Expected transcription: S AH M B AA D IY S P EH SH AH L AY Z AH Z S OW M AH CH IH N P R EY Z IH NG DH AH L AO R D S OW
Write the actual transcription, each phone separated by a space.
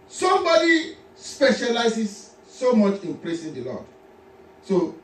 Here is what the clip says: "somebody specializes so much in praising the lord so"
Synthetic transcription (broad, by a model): S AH M B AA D IY S P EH SH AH L AY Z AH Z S OW M AH CH IH N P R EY S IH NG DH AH L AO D S OW